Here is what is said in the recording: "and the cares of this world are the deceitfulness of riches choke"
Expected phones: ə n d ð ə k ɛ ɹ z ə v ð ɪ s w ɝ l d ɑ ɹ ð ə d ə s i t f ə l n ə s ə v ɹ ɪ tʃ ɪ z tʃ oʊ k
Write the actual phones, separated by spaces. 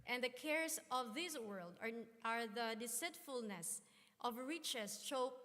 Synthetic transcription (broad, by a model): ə n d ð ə k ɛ ɹ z ə v ð ɪ s w ɝ l d ɑ ɹ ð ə d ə s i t f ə l n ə s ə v ɹ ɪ tʃ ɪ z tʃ oʊ